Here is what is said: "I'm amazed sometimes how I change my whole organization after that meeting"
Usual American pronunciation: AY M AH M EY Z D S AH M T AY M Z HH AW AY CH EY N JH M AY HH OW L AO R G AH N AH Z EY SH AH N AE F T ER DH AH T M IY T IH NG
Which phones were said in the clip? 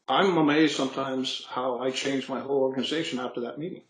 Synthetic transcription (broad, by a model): AY M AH M EY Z S AH M T AY M Z HH AW AY CH EY N JH M AY HH OW L AO R G AH N AH Z EY SH AH N AE F T ER DH AH T M IY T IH NG